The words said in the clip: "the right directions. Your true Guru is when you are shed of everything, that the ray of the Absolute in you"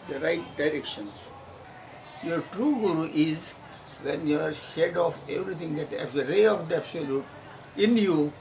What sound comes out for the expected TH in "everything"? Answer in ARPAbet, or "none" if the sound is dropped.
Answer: T